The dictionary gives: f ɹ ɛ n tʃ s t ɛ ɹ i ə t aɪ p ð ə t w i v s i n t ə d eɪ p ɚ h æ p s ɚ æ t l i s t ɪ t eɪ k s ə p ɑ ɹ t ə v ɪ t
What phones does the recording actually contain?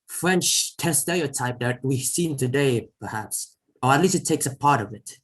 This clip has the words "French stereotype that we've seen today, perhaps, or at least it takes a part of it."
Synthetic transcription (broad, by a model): f ɹ ɛ n tʃ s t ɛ l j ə t aɪ p ð ə t w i s i n t ə d eɪ p ɚ h æ p s ɚ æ t l i s t ɪ t eɪ k s ə p ɑ ɹ t ə v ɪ t